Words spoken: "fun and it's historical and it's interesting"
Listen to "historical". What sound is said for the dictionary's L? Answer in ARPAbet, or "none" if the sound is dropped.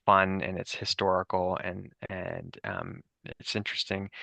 N